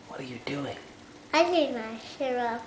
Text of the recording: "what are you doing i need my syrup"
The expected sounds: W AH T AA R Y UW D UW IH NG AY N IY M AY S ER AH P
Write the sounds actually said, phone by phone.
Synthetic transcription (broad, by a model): W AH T AA R Y UW D UW IH NG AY L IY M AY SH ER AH